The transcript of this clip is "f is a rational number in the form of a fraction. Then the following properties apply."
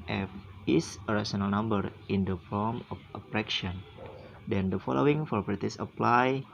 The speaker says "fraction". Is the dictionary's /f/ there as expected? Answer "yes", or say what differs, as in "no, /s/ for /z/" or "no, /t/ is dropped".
no, /p/ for /f/